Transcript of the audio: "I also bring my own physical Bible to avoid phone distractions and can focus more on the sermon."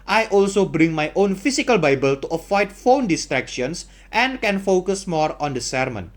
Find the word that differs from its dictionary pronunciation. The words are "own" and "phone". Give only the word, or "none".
none